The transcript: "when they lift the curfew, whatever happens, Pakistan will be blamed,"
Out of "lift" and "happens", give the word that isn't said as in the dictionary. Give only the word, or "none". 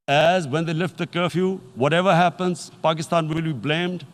none